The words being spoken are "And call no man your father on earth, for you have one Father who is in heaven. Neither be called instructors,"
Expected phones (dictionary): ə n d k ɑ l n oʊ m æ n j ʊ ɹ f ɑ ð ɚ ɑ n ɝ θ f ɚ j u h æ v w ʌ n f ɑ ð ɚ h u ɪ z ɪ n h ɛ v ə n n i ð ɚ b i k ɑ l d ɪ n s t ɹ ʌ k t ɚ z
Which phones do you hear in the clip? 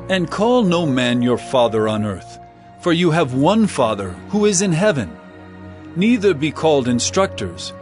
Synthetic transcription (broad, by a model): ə n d k ɑ l n oʊ m æ n j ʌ ɹ f ɑ ð ɚ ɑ n ɝ θ f ɚ j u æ v w ʌ n f ɑ ð ɚ h u ɪ z ɪ n h ɛ v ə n n i ð ɚ b i k ɑ l d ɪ n s t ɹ ʌ k t ɚ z